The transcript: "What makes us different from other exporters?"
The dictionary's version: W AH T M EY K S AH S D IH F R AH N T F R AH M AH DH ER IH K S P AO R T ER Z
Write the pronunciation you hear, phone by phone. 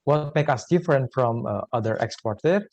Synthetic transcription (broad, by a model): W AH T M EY K AH S D IH F R AH N T F R AH M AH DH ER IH K S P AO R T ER